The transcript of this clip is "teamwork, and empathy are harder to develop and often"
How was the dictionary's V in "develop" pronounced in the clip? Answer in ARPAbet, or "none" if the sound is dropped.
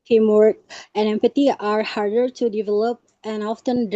V